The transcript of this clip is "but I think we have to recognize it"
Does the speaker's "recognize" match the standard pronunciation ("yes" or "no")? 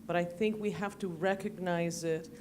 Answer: yes